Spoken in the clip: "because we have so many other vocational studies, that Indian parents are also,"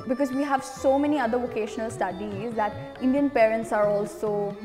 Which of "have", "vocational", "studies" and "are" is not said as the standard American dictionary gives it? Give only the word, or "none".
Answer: none